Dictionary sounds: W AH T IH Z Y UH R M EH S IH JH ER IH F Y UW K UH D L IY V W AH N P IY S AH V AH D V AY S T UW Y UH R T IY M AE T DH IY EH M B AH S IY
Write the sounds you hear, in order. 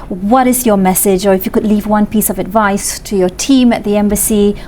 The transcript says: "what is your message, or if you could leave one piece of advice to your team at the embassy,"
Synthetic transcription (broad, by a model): W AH T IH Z Y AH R M EH S IH JH ER IH F Y UW K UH D L IY V W AH N P IY S AH V AH D V AY S T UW Y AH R T IY M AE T DH IY EH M B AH S IY